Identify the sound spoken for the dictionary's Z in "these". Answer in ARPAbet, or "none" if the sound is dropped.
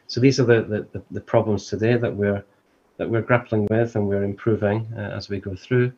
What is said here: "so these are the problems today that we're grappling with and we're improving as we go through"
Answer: Z